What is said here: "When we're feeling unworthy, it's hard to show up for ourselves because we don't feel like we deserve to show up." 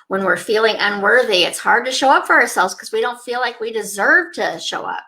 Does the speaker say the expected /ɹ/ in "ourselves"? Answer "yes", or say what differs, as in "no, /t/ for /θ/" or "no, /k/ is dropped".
yes